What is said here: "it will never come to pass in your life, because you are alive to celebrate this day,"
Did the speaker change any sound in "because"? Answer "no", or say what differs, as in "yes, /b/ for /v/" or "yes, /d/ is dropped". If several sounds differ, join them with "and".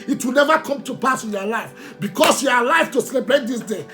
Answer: yes, /s/ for /z/